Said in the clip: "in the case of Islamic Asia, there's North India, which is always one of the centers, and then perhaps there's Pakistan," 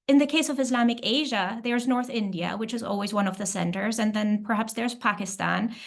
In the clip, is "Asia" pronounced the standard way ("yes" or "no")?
yes